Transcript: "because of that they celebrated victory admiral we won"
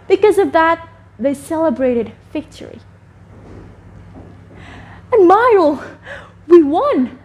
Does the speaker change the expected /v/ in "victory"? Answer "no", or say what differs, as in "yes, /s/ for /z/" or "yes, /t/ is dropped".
yes, /f/ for /v/